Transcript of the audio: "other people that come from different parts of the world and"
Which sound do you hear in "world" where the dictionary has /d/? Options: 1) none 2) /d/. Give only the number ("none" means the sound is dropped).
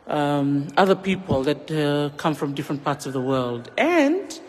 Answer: 2